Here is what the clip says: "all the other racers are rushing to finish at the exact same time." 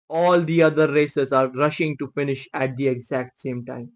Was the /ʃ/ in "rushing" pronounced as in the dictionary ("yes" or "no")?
yes